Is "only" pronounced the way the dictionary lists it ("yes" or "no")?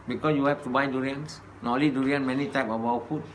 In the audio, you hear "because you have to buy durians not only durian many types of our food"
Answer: no